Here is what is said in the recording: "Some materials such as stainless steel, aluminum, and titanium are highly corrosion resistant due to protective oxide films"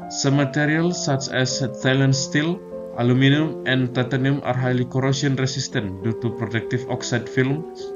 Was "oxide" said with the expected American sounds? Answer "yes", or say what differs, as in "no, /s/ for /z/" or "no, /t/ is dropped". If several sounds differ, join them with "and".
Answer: yes